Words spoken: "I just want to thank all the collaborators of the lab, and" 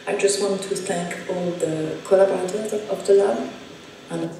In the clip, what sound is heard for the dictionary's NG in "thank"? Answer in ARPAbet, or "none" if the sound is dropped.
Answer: NG